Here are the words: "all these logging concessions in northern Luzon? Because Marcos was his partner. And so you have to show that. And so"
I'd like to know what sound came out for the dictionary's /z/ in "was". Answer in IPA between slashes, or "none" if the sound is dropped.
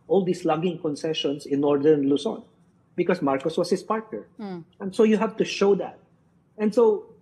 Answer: /s/